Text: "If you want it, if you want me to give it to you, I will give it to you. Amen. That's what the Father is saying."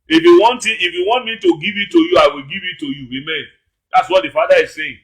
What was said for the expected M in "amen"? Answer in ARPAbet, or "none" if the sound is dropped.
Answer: M